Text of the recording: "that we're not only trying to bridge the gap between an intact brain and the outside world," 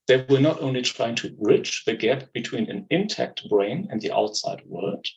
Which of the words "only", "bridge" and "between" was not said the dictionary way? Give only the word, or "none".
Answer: bridge